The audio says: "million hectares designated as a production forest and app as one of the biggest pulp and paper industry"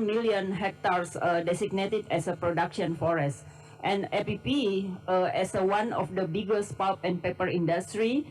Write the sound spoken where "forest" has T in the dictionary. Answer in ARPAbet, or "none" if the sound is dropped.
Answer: T